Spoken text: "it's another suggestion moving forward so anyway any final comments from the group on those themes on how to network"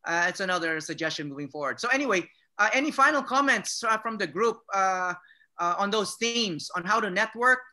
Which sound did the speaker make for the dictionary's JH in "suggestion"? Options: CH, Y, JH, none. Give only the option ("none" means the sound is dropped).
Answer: JH